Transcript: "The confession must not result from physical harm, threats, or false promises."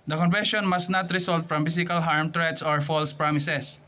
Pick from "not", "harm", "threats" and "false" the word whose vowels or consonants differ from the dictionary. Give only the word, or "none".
threats